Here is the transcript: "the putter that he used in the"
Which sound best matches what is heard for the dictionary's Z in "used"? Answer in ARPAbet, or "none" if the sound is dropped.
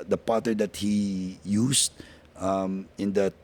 S